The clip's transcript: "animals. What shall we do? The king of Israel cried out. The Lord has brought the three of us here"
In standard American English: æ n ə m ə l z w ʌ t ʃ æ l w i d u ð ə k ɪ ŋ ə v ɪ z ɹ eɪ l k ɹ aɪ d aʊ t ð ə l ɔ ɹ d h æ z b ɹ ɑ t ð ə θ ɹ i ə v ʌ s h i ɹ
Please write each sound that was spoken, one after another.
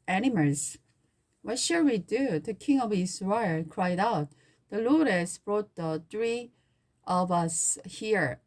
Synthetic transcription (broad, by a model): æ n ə m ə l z w ʌ t ʃ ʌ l w i d u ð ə k ɪ ŋ ə v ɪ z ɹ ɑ k ɹ aɪ d aʊ t ð ə l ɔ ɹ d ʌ s b ɹ ɑ t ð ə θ ɹ i ə v ʌ s h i ɹ